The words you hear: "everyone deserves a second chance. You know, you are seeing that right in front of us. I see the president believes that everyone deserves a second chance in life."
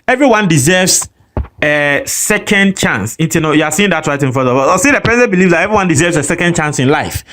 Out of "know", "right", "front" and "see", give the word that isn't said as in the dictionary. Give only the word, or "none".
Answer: front